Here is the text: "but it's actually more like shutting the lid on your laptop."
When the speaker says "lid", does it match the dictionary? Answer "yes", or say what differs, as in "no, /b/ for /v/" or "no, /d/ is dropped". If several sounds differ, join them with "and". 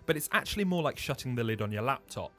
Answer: yes